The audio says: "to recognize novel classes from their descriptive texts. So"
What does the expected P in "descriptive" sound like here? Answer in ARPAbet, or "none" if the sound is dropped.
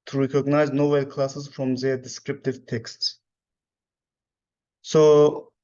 P